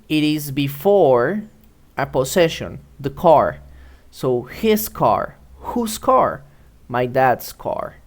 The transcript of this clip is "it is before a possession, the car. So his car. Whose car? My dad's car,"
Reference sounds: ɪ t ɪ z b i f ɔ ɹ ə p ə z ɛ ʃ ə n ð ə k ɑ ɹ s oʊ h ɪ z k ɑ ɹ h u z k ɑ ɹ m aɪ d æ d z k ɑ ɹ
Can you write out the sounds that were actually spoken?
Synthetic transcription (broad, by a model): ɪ t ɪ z b i f ɔ ɹ ə p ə s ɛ ʃ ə n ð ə k ɑ ɹ s oʊ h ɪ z k ɑ ɹ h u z k ɑ ɹ m aɪ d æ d s k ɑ ɹ